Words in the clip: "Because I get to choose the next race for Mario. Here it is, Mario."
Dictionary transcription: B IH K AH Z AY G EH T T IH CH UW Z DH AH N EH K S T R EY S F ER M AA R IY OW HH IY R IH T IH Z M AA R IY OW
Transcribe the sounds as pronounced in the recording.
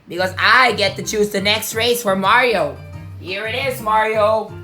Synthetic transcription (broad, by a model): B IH K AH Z AY G EH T T IH CH UW Z DH AH N EH K S T R EY S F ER M AA R IY OW HH IY R IH T IH Z M AA R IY OW